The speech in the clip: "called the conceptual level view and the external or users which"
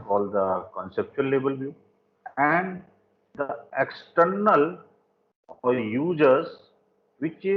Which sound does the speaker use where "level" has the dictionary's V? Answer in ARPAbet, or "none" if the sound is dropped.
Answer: B